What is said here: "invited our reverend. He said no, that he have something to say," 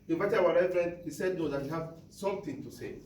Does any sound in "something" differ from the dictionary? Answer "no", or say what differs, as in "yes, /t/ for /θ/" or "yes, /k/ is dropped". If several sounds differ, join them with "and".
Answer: yes, /t/ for /θ/